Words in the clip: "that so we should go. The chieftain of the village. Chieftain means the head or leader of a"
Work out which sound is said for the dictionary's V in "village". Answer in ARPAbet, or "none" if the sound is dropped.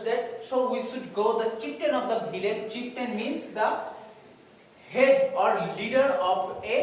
B